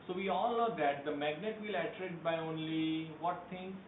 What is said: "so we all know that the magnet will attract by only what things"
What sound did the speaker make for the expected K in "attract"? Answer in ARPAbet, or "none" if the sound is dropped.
none